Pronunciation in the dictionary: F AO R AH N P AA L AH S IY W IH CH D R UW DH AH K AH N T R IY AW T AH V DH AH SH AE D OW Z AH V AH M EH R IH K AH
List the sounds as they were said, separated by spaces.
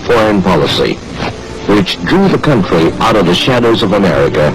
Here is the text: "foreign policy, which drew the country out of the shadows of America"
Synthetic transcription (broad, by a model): F AO R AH N P AA L AH S IY W IH CH D R UW DH AH K AH N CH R IY AW T AH V DH AH SH AE D OW Z AH V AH M EH R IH K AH